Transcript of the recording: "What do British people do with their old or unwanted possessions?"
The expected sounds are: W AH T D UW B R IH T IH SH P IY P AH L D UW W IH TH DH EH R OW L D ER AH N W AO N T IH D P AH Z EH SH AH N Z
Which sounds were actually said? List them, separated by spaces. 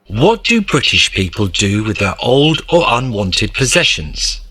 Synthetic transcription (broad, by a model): W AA T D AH B R IH T IH SH P IY P AH L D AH W IH DH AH R OW L D ER AH N W AO N T IH D P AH Z EH SH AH N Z